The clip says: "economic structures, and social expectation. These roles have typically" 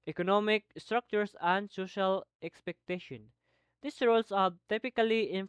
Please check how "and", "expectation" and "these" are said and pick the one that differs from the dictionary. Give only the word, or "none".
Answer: these